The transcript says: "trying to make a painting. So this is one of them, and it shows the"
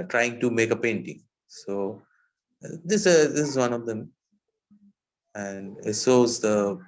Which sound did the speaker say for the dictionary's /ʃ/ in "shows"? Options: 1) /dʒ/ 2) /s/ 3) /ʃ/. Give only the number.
2